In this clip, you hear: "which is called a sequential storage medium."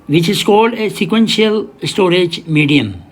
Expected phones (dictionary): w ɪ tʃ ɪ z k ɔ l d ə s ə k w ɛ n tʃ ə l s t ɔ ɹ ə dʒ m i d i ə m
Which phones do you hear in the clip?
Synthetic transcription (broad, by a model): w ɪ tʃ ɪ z k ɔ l ə s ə k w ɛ n ʃ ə l s t ɔ ɹ ə dʒ m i d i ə m